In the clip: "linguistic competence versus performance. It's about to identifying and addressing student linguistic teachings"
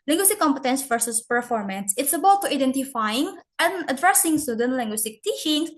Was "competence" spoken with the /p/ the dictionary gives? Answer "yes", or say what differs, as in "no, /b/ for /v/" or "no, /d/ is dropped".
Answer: yes